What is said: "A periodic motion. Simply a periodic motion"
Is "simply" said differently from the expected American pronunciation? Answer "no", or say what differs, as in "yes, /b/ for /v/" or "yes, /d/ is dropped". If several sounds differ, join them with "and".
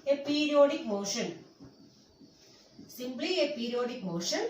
yes, /b/ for /p/